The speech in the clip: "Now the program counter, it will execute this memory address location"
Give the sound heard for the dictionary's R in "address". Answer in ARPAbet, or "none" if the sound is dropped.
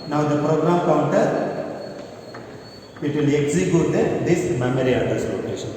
none